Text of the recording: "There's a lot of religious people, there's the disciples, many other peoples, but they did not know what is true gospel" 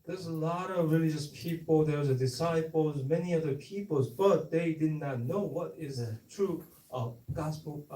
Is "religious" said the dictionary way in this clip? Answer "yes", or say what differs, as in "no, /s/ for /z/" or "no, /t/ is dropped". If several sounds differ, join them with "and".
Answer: yes